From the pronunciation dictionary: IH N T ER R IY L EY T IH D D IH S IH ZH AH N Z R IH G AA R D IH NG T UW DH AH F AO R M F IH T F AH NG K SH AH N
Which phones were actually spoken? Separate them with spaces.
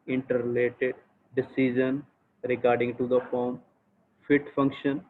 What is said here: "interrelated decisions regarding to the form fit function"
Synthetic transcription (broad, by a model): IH N T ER R L EY T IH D D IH S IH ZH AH N R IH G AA R D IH NG T UW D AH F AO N F IH T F AH NG K SH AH N